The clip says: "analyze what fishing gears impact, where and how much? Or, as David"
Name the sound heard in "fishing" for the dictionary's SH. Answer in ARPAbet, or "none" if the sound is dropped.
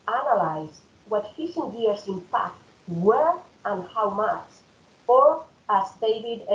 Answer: S